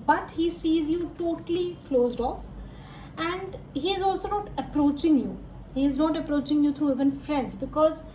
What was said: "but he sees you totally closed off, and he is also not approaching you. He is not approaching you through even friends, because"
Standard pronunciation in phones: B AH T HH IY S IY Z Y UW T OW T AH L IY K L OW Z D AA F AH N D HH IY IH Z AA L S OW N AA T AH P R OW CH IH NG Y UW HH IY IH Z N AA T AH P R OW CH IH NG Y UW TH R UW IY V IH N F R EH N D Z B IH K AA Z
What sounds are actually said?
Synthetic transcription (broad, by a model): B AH T HH IY S IY Z Y UW T OW T AH L IY K L OW Z D AA F AH N D HH IY IH Z AA L S OW N AA T AH P R OW CH IH NG Y UW HH IY IH Z N AA T AH P R OW CH IH NG Y UW T R UW IY V IH N F R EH N D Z B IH K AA Z